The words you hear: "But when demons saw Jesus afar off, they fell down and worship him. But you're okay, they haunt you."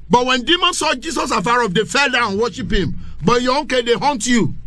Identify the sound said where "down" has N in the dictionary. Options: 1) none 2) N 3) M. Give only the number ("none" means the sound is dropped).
1